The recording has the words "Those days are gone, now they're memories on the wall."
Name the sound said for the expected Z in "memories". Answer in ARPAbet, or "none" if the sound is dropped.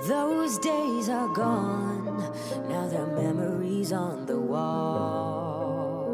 Z